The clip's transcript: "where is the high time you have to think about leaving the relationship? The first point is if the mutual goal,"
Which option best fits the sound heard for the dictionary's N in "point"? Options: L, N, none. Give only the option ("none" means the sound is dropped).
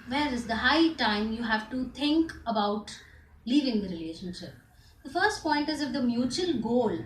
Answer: N